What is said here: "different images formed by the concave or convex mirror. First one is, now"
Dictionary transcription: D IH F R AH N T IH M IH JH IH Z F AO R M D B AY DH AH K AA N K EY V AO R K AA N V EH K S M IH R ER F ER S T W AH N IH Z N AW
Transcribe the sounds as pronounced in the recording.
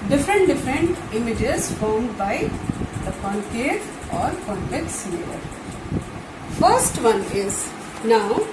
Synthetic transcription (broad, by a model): D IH F R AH N T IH M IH JH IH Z F AO R M D B AY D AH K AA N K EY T AO R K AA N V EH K S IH L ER F ER S T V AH N IH Z N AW